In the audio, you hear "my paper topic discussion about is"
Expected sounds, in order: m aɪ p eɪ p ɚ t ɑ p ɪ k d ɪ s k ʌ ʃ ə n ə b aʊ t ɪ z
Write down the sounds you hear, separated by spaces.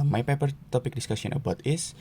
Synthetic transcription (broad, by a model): m aɪ p eɪ p ɚ t ɑ p ɪ k d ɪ s k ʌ s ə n ə b aʊ t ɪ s